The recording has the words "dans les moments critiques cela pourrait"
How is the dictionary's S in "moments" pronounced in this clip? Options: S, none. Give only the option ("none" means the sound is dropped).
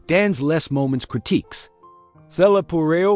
S